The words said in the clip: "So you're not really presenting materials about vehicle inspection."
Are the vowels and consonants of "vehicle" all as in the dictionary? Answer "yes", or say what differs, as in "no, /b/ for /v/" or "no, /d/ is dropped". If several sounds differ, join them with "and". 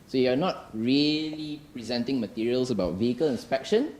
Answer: yes